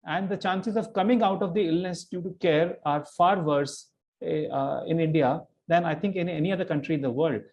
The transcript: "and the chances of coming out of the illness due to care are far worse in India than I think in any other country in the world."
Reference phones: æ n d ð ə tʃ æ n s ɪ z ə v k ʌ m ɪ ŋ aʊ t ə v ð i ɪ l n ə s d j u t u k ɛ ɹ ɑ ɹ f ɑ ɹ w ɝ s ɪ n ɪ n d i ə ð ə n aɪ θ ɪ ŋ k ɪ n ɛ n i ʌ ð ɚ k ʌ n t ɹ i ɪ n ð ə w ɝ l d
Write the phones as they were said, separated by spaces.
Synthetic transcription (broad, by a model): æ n d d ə tʃ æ n s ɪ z ə v k ʌ m ɪ ŋ aʊ t ə v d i ɪ l n ə s d j u t u k ɛ ɹ ɑ ɹ f ɑ ɹ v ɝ s ɪ n ɪ n d i ə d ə n aɪ t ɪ ŋ k ɪ n ɛ n i ʌ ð ɚ k ʌ n t ɹ i ɪ n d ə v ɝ l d